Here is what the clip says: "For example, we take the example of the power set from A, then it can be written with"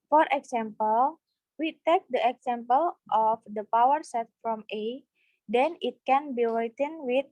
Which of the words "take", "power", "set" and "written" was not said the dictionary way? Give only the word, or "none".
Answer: written